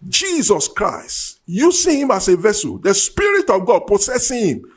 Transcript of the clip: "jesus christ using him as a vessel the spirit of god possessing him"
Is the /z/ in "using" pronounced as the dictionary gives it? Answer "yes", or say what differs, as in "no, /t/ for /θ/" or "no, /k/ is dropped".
no, /s/ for /z/